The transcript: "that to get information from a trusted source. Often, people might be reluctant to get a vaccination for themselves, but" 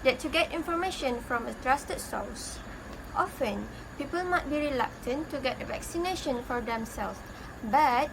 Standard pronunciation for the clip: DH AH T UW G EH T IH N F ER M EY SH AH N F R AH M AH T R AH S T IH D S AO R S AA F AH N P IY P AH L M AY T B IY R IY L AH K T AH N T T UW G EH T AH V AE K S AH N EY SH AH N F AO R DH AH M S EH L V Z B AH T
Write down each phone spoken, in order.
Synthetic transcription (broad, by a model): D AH T UW G EH T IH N F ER M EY SH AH N F R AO M AH T R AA S T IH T S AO L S AA F AH N P IY P AH L M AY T B IY R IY L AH K T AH N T T UW G EH T AH V AE K S AH N EY SH AH N F AO R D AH M S EH L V B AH T